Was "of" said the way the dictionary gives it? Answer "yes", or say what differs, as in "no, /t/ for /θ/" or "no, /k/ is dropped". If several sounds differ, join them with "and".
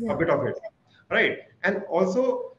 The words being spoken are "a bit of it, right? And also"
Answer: no, /b/ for /v/